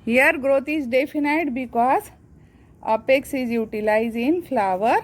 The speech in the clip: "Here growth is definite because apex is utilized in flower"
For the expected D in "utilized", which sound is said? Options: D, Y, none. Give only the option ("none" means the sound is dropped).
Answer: none